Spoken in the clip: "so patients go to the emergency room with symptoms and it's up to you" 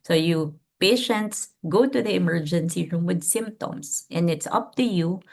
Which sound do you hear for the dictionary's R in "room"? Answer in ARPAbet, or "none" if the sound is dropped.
R